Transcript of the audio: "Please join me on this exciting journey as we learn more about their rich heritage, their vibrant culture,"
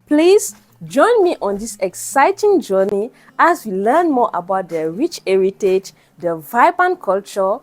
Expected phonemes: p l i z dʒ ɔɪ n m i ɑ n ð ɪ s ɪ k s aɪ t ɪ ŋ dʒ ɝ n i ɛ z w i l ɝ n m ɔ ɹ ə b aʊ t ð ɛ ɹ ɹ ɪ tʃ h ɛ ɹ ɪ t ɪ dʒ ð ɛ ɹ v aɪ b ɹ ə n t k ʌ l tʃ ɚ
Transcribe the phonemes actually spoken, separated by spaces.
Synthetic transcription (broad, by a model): p l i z dʒ ɔɪ n m i ɑ n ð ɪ s ɪ k s aɪ t ɪ ŋ dʒ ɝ n i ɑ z w i l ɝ n m ɔ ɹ ə b aʊ t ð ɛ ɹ ɹ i tʃ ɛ ɹ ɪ t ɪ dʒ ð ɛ v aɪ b ə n k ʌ l tʃ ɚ